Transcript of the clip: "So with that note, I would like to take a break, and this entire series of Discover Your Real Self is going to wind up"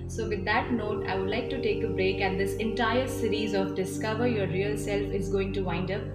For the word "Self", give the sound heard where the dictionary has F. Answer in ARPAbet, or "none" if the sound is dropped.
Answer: F